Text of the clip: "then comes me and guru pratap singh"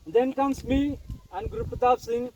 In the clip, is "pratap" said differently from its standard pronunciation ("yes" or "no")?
yes